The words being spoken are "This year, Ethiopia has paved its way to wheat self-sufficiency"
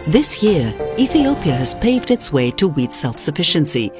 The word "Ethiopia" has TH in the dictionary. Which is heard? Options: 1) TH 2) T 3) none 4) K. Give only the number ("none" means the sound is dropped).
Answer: 1